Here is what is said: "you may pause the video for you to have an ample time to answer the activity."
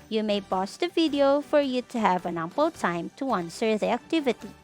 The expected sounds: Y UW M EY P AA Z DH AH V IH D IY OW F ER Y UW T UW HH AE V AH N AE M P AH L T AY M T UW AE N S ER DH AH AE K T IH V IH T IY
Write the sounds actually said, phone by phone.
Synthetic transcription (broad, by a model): Y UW M EY B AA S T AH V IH D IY OW F ER Y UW T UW HH AE V AH N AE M P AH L T AY M T UW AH N S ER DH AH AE K T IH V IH T IY